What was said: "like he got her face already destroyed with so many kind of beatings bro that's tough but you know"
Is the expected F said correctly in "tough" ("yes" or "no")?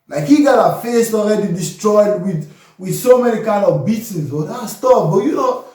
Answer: no